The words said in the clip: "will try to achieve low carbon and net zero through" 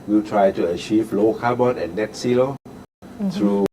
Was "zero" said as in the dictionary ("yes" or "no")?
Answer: no